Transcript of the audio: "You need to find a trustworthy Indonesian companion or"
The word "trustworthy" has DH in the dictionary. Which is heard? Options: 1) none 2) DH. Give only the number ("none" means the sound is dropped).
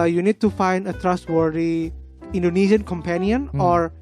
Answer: 1